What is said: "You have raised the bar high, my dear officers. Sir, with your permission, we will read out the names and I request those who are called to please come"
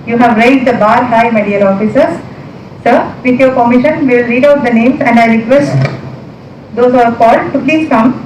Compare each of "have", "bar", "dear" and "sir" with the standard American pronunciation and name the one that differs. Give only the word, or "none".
dear